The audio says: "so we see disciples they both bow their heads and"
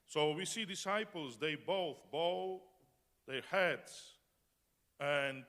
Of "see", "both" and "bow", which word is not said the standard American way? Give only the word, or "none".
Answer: none